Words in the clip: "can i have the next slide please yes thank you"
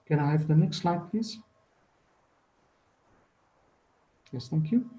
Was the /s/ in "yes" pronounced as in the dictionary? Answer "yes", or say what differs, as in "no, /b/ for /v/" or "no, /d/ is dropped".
yes